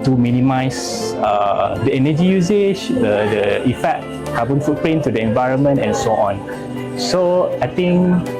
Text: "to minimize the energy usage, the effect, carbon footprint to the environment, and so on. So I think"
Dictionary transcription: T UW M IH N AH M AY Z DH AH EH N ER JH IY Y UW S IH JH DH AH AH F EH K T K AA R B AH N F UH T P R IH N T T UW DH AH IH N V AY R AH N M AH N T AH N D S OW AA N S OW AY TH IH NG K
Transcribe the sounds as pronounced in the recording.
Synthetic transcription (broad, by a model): T UW M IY N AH M AY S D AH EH N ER JH IY Y UW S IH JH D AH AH F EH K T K AA B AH N F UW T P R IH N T T UW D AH IH N V AY R AH N M AH N T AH N S OW AA N S OW AY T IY NG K